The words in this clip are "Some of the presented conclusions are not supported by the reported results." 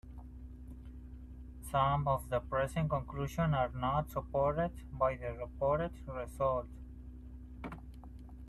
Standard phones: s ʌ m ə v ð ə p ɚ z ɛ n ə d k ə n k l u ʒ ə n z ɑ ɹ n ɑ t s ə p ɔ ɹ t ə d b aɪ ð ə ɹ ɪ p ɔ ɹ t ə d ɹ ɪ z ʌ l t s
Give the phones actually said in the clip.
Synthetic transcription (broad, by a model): s ʌ m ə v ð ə p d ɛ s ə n k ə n k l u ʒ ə n ɑ ɹ n ɑ t s ə p ɔ ɹ t ə d b aɪ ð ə ɹ ɪ p ɔ ɹ t ə d ɹ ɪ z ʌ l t